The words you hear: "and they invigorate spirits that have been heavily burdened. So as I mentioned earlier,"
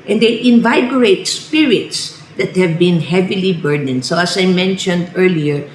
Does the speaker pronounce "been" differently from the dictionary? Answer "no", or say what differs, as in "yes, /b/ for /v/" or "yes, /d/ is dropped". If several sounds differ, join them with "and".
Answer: no